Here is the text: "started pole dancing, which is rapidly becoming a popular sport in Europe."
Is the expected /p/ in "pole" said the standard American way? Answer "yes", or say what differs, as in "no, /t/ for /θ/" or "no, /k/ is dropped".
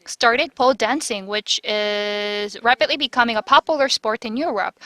yes